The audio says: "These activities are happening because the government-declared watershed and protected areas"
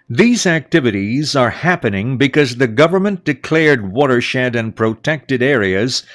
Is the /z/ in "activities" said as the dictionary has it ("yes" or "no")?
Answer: yes